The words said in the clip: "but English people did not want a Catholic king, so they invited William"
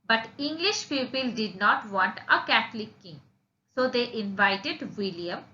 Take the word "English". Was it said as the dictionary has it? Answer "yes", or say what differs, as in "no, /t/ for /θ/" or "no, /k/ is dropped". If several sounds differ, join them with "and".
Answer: yes